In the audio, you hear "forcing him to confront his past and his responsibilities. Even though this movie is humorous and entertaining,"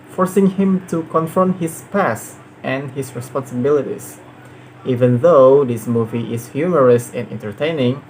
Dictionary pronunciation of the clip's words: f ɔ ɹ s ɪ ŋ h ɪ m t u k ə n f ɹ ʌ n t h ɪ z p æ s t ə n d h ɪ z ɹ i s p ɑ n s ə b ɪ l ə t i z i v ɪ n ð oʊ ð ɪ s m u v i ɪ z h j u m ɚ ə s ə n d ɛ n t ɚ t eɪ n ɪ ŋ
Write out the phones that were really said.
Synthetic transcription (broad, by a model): f ɔ ɹ s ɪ ŋ h ɪ m t u k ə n f ɹ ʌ n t h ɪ s p æ s t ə n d h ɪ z ɹ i s p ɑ n s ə b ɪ l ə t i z i v ɪ n ð oʊ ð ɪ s m u v i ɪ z h j u m ɚ ə s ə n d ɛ n t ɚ t eɪ n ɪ ŋ